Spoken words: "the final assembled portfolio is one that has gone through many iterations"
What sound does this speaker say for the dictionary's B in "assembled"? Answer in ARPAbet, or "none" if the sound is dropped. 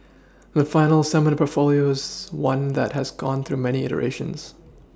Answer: none